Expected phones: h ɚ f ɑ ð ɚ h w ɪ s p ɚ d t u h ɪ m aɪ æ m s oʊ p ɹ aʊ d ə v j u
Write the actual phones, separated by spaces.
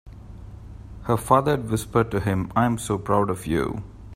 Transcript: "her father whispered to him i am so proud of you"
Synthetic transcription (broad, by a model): h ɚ f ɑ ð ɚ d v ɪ s p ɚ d t u h ɪ m aɪ m s oʊ p ɹ aʊ d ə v j u